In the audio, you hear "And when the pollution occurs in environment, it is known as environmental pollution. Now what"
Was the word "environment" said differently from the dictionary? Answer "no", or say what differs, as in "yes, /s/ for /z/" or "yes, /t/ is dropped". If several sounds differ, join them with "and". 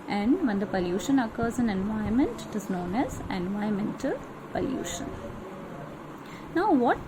yes, /ɹ/ is dropped